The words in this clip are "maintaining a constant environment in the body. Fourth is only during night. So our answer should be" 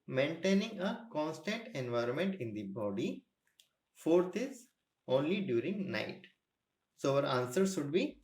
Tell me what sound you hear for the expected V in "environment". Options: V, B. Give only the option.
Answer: V